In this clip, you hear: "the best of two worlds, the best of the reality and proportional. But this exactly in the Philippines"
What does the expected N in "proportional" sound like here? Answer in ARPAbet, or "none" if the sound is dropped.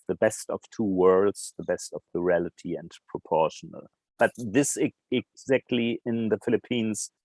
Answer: N